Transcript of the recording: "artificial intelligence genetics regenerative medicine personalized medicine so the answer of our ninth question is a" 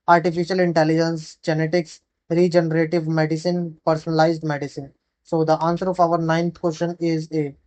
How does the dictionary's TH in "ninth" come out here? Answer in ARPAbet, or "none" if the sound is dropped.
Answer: T